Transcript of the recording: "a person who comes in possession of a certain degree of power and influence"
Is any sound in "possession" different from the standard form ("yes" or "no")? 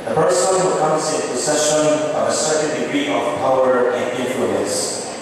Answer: yes